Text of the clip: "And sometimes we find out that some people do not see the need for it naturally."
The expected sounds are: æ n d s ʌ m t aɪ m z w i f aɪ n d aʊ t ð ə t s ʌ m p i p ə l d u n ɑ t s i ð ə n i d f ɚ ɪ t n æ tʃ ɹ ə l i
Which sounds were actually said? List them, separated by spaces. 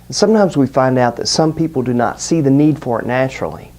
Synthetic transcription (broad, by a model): n s ʌ m t aɪ m z w i f aɪ n d aʊ t ð ə t s ʌ m p i p l d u n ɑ t s i ð ə n i d f ɚ ɪ t n æ tʃ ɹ l i